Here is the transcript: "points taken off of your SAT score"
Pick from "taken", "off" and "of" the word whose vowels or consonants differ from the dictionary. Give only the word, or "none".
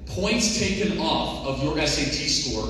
none